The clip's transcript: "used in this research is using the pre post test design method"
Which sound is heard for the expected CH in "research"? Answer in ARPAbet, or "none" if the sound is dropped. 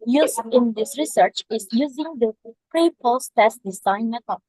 CH